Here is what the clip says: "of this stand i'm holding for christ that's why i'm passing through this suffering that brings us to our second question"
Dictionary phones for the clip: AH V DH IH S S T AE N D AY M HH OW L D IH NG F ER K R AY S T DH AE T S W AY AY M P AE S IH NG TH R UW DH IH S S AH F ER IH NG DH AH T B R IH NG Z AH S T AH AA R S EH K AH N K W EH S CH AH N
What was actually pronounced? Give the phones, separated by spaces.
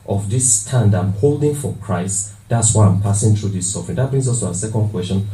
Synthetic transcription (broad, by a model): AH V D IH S S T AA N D AY M HH OW L D IH NG F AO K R AY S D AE T S W AY AY M P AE S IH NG T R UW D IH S S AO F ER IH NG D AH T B R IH NG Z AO S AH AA S EH K AH N K W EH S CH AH N